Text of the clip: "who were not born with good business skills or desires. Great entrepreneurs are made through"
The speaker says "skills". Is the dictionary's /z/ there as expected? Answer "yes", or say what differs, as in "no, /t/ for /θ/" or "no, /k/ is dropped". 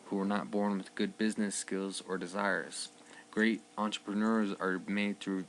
yes